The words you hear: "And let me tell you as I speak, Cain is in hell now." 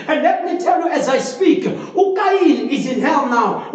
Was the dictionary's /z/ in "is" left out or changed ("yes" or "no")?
no